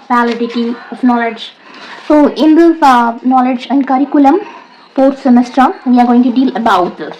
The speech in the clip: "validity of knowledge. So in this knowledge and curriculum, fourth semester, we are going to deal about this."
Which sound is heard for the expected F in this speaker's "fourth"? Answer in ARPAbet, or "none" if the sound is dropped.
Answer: P